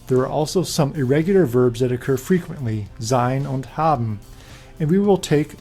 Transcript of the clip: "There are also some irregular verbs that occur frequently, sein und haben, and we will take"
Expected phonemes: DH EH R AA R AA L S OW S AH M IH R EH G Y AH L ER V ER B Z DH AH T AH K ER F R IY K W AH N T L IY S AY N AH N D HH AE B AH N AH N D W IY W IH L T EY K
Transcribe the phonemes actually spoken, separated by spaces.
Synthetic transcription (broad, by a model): DH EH R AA R AA L S OW S AH M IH R EH G Y L ER V ER B Z DH AH T AH K ER F R IY K W AH N T L IY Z AY N AH N D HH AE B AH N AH N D W IY W IH L T EY K